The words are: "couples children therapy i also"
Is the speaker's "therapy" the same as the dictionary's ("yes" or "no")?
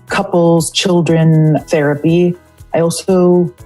yes